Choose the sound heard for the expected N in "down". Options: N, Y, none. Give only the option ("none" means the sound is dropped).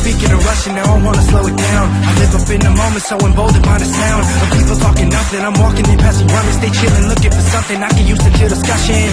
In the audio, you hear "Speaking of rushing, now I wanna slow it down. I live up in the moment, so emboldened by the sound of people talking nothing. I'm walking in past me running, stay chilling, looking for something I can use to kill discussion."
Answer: N